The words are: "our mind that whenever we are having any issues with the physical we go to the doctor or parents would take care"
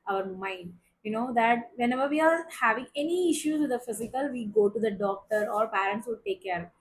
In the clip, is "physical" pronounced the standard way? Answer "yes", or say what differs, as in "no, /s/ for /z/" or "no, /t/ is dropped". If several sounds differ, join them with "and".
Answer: yes